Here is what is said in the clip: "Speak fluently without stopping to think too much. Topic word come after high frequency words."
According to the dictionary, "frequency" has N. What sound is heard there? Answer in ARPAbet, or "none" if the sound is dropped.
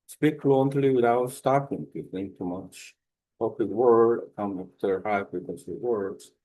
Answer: none